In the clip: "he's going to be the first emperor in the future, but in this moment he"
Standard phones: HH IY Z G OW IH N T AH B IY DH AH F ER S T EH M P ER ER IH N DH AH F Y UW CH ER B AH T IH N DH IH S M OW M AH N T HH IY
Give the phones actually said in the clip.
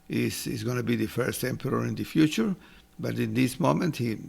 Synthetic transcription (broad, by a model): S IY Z G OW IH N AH B IY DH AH F ER S T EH M P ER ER IH N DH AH F Y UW CH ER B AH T IH N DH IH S M OW M AH N T HH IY